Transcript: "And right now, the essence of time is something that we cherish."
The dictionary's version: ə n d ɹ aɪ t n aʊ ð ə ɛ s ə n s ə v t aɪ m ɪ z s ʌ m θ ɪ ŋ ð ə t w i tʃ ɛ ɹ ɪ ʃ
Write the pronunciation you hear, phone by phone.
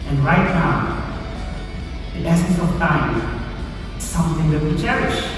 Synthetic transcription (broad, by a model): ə n ɹ aɪ t n aʊ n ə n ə s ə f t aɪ ɪ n s ʌ m θ ɪ ŋ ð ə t w i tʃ ɛ ɹ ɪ ʃ